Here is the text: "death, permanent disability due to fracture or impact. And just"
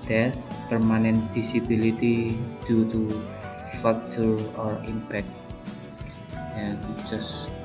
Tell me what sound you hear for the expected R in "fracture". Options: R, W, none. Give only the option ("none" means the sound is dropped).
none